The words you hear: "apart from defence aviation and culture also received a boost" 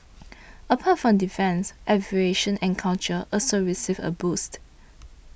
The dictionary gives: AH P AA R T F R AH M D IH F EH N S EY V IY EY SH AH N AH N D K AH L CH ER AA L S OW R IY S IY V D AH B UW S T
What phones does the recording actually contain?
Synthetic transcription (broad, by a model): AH P AA T F R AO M D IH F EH N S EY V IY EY SH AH N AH N K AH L CH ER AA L S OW R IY S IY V AH B UW S T